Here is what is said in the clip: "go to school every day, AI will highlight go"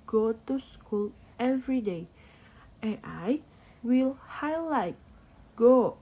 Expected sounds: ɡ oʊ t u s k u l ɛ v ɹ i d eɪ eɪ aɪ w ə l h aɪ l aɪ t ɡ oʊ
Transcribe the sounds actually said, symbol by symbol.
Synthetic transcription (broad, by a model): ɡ oʊ t u s k u l ɛ v ɹ i d eɪ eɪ aɪ w ə l h aɪ l aɪ t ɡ oʊ